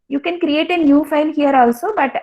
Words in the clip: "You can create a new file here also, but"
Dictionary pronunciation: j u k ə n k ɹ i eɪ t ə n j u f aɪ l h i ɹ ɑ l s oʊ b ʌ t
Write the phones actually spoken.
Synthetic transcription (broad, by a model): j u k ə n k ɹ i eɪ t ə n j u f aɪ n h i ɹ ɑ l s oʊ b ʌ t